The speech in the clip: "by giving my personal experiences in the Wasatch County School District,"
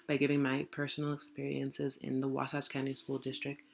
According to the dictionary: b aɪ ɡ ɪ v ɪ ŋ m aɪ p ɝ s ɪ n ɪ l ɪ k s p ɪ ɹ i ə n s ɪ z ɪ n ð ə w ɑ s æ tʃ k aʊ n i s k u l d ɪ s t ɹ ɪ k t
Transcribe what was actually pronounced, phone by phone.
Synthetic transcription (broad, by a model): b aɪ ɡ ɪ v ɪ ŋ m aɪ p ɝ s n l ɪ k s p ɪ ɹ i ə n s ɪ z ɪ n ð ə w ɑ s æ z k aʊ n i s k u l d ɪ s t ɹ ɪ k t